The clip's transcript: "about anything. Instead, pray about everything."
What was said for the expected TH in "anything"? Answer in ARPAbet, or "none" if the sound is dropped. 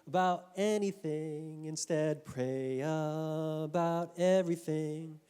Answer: TH